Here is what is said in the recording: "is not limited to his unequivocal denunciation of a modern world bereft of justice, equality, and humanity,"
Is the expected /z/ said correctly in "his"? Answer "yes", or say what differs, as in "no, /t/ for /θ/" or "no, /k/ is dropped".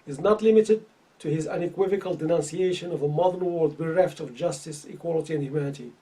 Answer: yes